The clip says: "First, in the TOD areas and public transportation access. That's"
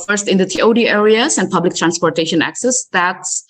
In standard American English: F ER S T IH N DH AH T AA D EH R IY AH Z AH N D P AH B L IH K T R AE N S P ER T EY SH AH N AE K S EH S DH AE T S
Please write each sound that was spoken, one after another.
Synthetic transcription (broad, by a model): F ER S T IH N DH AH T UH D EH R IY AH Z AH N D P AH B L IH K T R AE N S P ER T EY SH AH N AE K S EH S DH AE T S